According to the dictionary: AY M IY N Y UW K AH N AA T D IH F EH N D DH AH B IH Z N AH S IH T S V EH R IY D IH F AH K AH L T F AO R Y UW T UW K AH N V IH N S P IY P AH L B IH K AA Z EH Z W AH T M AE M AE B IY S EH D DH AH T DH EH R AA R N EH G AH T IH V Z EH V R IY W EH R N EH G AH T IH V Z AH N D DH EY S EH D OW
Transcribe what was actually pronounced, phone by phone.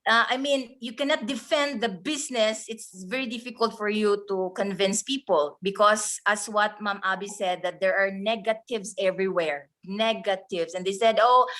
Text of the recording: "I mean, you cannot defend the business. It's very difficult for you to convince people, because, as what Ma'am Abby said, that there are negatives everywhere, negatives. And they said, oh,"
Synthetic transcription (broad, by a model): AY M IY N Y UW K AH N AA T D IH F EH N D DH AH B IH S N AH S IH T S V EH R IY D IH F AH K AH L T F AO R Y UW T UW K AH N V IH N S P IY P AH L B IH K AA S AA S W AH T M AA M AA B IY S EH D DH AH T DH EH R AA R N EH G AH T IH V S EH V R IY W EH R N EH G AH T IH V S AH N D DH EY S EH D OW